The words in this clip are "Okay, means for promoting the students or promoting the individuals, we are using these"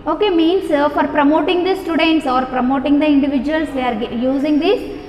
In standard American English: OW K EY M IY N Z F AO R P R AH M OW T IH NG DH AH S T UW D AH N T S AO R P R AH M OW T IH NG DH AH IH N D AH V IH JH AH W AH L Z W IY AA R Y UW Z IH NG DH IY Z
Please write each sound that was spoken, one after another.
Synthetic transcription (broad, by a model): OW K EY M IY N S F AO R P R AH M OW T IH NG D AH S T UW D AH N T S AO R P R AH M OW T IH NG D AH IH N D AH V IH JH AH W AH L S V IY AA R Y UW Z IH NG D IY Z